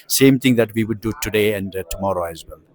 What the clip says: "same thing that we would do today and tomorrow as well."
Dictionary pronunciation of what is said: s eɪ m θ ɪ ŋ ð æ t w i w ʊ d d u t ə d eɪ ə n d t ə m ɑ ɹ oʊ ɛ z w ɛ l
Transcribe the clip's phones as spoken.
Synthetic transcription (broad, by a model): s eɪ m t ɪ ŋ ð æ t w i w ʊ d d u t ə d eɪ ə n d t ə m ɑ ɹ oʊ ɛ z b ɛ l